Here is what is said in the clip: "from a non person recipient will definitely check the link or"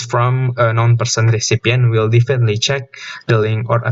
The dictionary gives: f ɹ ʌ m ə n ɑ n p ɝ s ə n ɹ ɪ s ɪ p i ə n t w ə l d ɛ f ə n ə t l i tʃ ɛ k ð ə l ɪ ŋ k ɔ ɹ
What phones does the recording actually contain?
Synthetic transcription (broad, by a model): f ɹ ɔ m ə n ɑ n p ɝ s ə n ɹ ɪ s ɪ p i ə n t w ə l d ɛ f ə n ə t l i tʃ ɛ k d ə l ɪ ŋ ɔ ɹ